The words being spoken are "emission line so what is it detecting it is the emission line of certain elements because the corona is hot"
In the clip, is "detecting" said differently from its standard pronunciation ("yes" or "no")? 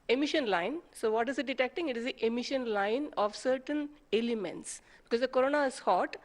no